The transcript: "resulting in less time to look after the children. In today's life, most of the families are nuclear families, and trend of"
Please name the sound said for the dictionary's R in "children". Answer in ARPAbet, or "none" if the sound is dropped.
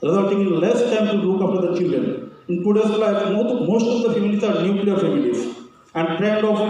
R